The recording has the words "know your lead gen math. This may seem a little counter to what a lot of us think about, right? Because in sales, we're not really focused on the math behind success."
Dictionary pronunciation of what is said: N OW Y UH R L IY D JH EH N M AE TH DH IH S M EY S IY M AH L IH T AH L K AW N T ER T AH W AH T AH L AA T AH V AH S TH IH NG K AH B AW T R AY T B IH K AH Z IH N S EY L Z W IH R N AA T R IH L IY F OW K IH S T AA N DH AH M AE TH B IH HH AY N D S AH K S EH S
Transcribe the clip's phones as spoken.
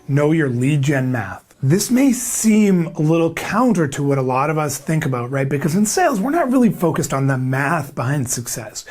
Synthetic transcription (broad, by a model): N OW Y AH R L IY JH EH N M AE TH DH IH S M EY S IY M AH L IH T L K AW N T ER T AH W AH T AH L AA T AH V AH S TH IH NG K AH B AW T R AY T B IH K AH Z IH N S EY L Z W IH R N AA T R IH L IY F OW K IH S T N DH AH M AE TH B IH HH AY N D S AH K S EH S